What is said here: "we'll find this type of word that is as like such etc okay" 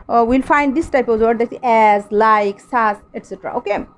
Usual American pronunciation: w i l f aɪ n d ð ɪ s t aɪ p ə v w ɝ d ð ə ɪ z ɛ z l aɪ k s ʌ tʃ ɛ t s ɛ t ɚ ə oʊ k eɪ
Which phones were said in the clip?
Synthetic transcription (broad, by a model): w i l f aɪ n d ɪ s t aɪ p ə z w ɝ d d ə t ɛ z l aɪ k s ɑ s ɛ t s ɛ t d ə oʊ k eɪ